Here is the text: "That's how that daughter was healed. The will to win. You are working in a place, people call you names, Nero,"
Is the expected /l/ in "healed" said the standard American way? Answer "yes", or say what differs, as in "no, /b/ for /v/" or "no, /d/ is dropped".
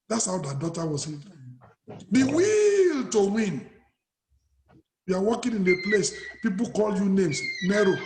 no, /l/ is dropped